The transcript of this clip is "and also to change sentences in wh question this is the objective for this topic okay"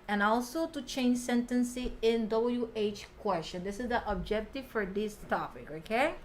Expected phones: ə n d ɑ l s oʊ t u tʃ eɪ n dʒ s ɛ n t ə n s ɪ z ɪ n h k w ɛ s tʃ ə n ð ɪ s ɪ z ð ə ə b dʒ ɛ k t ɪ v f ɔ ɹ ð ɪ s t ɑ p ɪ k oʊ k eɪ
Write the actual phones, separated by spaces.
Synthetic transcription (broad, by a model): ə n ɑ l s oʊ t u tʃ eɪ n dʒ s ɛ n t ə n s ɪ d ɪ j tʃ k w ɛ s tʃ ə n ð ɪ s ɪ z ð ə ə b dʒ ɛ k t ɪ v f ɔ ɹ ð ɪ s t ɑ p ɪ k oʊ k eɪ